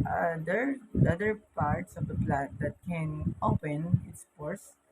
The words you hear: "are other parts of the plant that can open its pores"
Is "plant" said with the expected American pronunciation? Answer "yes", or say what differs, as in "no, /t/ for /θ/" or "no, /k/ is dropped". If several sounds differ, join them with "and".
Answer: no, /n/ is dropped